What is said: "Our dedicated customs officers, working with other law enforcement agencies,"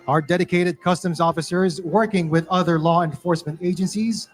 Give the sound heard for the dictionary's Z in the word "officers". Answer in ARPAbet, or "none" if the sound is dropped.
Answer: Z